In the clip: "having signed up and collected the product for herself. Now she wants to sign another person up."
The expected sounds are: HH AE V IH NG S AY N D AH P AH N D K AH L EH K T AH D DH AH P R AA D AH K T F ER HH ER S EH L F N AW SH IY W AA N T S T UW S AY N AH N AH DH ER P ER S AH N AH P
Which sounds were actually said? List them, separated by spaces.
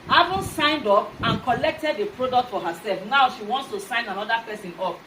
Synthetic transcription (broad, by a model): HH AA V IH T S AY N D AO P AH N K AH L EH K T AH D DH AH P R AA D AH K T F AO HH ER S EH L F N AW SH IY W AA N T S T UW S AY N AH N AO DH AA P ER S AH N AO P